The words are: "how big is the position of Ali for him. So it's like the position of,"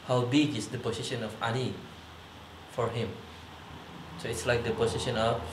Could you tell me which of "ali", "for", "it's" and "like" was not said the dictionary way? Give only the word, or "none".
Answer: ali